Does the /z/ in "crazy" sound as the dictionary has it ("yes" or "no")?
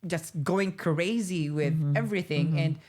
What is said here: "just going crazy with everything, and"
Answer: yes